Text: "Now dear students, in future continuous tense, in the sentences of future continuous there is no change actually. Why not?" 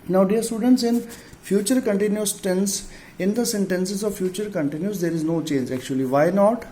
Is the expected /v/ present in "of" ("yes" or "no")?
yes